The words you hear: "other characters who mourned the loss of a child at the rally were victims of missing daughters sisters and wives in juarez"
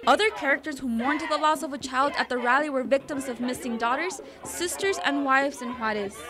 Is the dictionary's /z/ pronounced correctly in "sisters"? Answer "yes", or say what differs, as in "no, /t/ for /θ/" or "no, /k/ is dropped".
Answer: yes